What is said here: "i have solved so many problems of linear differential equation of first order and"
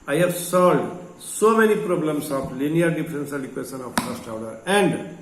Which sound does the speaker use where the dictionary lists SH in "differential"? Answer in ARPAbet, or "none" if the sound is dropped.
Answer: S